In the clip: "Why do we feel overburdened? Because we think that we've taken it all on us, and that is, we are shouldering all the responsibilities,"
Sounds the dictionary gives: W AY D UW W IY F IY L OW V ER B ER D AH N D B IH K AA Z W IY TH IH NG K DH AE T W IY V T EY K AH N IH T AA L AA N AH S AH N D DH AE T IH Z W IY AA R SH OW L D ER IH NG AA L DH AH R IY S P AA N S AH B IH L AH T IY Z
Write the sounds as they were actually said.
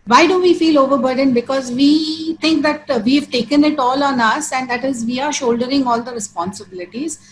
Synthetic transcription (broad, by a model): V AY D UW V IY F IY L OW V ER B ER D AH N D B IH K AA Z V IY T IH NG K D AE T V IY V T EY K AH N IH T AA L AA N AH S AH N D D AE T IH Z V IY AA R SH OW L D ER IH NG AA L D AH R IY S P AA N S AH B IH L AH T IY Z